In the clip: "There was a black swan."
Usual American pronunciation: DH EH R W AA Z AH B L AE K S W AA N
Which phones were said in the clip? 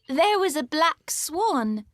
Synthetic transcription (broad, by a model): DH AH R W AA Z AH B L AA K S W AA N